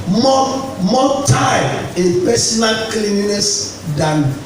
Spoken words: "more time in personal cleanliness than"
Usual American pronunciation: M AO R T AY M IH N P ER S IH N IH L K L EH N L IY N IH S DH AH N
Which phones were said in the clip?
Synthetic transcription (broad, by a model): M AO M T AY IH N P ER S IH N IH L K L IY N IY N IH S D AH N